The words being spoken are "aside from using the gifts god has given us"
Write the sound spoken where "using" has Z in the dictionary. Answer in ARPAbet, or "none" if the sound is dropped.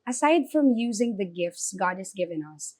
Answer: Z